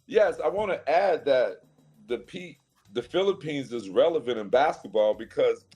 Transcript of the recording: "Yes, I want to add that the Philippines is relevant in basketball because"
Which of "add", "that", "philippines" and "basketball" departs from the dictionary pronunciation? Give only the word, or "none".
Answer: none